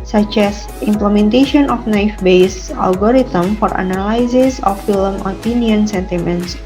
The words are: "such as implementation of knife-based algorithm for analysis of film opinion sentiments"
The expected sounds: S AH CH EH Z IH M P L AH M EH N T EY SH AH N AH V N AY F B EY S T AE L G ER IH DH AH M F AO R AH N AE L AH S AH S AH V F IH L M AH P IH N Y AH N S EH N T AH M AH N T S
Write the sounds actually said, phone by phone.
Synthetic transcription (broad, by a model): S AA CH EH S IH M P L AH M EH N T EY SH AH N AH F N AY F B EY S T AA L G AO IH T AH M F AO R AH N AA L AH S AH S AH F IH L M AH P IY N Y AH N S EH N T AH M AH N T S